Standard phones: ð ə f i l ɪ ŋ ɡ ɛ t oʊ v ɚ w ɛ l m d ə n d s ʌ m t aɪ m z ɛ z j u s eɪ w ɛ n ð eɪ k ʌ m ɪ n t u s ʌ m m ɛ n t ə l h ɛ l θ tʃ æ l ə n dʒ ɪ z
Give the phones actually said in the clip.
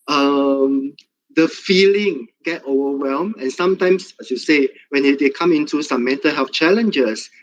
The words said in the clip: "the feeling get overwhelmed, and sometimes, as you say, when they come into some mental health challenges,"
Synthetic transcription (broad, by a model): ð ə f i l ɪ ŋ ɡ ɛ t oʊ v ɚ w ɛ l m ə n s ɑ m t aɪ m s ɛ s j u s eɪ w ɛ n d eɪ k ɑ m ɪ n t u s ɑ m m ɛ n t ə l h ɛ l f tʃ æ l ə n dʒ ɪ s